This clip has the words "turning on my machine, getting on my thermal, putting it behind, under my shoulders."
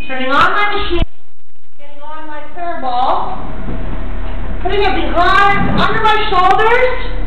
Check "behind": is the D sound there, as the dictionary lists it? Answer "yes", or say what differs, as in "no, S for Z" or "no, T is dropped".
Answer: no, D is dropped